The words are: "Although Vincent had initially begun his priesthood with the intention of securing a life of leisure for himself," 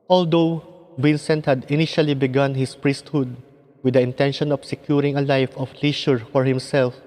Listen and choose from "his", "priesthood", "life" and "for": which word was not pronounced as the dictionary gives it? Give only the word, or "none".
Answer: his